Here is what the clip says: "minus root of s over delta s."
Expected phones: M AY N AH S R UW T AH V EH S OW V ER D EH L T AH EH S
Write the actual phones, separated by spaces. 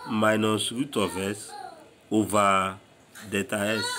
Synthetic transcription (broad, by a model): M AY N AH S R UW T AH V EH S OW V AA D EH T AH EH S